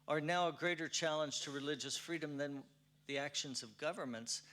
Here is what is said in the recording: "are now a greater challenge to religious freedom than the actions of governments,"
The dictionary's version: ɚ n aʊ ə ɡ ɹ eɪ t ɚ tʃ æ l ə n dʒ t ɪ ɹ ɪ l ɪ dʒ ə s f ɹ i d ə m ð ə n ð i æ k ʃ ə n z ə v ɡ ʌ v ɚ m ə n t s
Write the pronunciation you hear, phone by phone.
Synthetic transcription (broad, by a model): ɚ n aʊ ə ɡ ɹ eɪ t ɚ tʃ æ l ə n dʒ t ɪ ɹ ɪ l ɪ dʒ ə s f ɹ i d ə m ð ə n ð i æ k ʃ ə n z ə v ɡ ʌ v ɚ m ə n t s